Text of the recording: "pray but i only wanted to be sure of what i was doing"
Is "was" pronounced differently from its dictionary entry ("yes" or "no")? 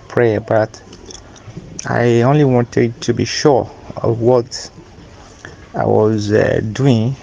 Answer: no